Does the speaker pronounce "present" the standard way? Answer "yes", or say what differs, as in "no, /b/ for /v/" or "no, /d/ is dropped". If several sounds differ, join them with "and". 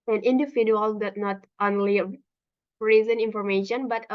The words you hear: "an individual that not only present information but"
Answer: no, /t/ is dropped